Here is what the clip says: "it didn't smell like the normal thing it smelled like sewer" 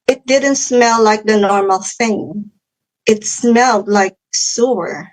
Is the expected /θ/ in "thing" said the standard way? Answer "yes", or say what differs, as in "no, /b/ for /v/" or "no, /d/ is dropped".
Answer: yes